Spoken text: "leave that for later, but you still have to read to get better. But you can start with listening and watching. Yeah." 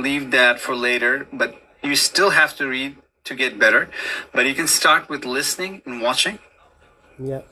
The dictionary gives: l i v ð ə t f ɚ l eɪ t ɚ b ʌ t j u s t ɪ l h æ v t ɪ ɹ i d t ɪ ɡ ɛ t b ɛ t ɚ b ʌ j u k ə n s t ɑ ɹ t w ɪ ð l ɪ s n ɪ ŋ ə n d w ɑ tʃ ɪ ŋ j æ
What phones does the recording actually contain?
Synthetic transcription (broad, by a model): l i v ð ə t f ɚ l eɪ t ɚ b ʌ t j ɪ s t ɪ l h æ f t ɪ ɹ i d t ɪ ɡ ɛ t b ɛ t ɚ b ʌ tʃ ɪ k ə n s t ɑ ɹ t w ɪ ð l ɪ s n ɪ ŋ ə n w ɑ tʃ ɪ ŋ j